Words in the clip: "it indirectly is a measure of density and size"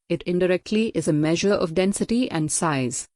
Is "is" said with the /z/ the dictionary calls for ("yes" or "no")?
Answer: yes